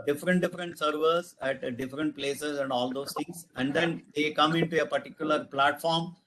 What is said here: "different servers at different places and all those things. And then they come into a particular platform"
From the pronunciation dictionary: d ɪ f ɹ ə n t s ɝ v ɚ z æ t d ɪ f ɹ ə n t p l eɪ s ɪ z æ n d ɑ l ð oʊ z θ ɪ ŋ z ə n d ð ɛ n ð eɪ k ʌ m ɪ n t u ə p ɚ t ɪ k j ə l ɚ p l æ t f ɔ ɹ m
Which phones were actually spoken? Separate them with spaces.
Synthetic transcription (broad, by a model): d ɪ f ɹ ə n t s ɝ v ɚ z æ t d ɪ f ɹ ə n t p l eɪ s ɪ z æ n d ɑ l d oʊ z t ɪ ŋ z ə n d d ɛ n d eɪ k ʌ m ɪ n t u ə p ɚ t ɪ k j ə l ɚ p l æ t f ɔ ɹ m